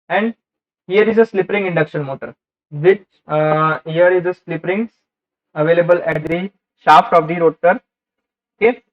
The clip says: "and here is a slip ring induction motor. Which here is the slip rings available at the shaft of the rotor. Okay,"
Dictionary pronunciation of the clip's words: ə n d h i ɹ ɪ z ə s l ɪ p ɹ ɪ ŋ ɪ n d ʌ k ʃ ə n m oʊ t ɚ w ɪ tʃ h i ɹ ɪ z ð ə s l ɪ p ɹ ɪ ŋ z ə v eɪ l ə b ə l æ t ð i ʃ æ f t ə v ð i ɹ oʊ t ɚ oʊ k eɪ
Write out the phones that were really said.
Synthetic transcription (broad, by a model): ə n d h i ɹ ɪ z ə s l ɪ p ɹ ɪ ŋ ɪ n d ʌ k ʃ ə n m oʊ t ɚ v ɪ tʃ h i ɹ ɪ z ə s l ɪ p ɹ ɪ ŋ ə v eɪ l ə b ə l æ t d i ʃ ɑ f t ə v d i ɹ oʊ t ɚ oʊ k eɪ